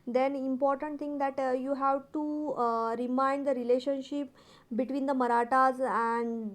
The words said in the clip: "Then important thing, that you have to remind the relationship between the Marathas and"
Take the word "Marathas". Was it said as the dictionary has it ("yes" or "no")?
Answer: yes